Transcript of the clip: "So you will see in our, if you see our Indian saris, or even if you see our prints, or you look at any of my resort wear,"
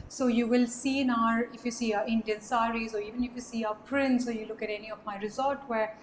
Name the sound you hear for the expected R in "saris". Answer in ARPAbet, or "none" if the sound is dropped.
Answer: R